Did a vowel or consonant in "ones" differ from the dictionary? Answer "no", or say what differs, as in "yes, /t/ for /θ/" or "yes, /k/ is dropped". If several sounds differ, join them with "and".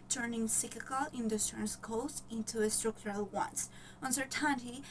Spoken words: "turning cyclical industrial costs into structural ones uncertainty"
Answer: yes, /s/ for /z/